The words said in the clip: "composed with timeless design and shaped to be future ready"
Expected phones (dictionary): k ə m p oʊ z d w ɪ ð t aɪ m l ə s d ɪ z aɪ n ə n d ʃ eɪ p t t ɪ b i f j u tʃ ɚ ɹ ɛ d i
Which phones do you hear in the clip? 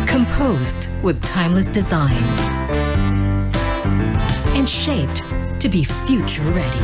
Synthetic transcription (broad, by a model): k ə m p oʊ z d w ɪ ð t aɪ m l ə s d ɪ z aɪ n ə n ʃ eɪ p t t ɪ b i f j u tʃ ɚ ɹ ɛ d i